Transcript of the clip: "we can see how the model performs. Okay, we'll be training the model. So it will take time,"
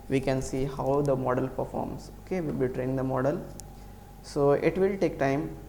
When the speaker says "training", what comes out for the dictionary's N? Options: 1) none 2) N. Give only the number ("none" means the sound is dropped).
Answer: 1